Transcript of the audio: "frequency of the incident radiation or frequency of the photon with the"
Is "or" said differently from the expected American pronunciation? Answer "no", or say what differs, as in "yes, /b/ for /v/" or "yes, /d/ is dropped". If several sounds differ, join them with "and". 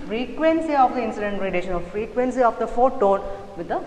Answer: yes, /l/ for /ɹ/